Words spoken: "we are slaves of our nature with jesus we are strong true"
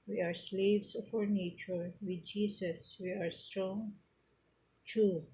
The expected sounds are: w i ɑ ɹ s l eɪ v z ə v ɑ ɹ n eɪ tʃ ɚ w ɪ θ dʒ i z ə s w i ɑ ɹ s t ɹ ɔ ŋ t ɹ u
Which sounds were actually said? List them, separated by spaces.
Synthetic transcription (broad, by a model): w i ɑ ɹ s l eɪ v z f ɑ ɹ n eɪ tʃ ɚ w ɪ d dʒ i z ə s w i ɑ ɹ s t ɹ ɔ ŋ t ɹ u